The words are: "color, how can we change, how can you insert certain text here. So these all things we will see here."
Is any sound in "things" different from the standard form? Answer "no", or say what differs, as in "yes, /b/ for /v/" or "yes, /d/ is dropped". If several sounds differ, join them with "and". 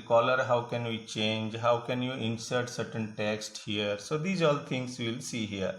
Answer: yes, /t/ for /θ/